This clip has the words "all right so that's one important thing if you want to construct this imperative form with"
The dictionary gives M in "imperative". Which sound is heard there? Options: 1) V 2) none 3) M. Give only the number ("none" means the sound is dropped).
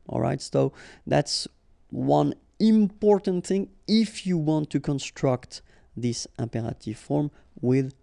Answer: 3